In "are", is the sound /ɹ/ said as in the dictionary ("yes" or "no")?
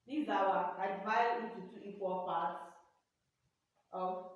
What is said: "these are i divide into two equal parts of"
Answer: no